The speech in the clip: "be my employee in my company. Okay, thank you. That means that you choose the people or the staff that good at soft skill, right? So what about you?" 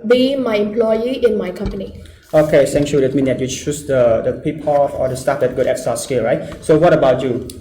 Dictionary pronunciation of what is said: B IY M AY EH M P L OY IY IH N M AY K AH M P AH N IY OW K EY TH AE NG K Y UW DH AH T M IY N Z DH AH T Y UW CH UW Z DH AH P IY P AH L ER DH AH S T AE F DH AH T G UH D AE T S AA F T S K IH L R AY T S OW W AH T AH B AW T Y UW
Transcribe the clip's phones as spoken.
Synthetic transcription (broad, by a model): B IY M AY EH M P L OY IY IH N M AY K AH M P AH N IY OW K EY S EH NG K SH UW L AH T M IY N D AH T Y UW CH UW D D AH P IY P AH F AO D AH S T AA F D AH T G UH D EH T S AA S K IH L R AY T S OW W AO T AH B AW T Y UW